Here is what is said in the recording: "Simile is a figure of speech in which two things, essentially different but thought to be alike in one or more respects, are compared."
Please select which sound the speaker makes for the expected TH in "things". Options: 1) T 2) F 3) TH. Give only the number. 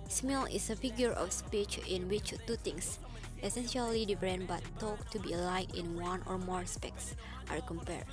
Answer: 1